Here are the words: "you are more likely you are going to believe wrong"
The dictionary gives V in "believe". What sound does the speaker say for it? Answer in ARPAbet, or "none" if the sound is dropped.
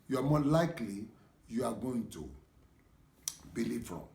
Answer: F